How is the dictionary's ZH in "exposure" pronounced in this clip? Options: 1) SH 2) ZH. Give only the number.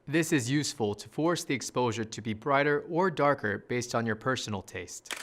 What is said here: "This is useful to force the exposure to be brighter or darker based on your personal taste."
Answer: 2